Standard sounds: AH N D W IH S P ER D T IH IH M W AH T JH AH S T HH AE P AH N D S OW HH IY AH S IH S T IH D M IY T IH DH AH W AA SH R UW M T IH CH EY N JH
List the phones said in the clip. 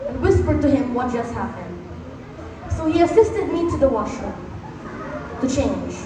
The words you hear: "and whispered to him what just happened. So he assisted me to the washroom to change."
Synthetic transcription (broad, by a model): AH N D W IH S P ER D T IH IH M W AH T JH AH S T HH AE P AH N D S OW HH IY AH S IH S T IH D M IY T IH DH AH W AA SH AH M T IH CH EY N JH